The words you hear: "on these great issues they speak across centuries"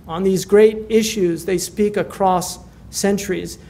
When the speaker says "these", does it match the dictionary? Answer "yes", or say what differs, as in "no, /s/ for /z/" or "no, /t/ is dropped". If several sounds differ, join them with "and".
yes